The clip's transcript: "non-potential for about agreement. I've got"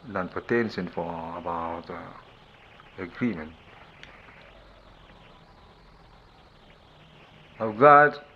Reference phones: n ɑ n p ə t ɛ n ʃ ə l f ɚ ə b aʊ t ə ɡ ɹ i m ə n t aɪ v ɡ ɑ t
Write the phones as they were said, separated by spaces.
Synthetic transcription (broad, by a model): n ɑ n p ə t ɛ n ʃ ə n f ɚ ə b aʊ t ə ɡ ɹ i m ə n t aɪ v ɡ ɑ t